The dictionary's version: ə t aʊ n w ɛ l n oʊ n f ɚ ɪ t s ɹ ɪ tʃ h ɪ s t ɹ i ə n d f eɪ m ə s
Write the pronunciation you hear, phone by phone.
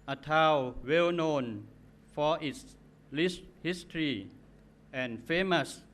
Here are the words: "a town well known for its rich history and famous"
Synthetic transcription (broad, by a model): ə t aʊ w ɛ l n oʊ n f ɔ ɪ t s l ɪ s h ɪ s t ɹ i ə n f eɪ m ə s